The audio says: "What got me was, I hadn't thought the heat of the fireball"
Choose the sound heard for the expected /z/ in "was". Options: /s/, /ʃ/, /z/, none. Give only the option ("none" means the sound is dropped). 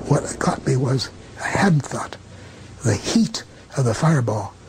/z/